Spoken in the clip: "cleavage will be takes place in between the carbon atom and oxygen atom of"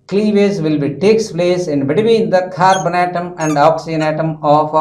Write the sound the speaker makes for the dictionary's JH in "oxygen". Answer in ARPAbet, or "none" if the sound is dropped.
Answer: none